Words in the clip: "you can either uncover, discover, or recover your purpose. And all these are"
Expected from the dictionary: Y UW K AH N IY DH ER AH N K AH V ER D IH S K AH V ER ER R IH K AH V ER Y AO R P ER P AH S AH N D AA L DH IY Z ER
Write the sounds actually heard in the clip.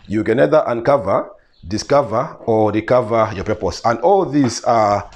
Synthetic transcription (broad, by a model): Y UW K AH N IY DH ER AH N K AH V ER D IH S K AH V ER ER R IH K AH V ER Y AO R P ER P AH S AH N D AA L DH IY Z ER